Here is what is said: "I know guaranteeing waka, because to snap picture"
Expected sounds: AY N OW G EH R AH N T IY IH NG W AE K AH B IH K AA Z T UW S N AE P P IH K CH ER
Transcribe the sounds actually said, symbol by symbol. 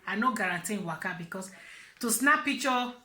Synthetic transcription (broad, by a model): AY N OW G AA R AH N T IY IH W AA K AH B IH K AA S T UW S N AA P P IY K CH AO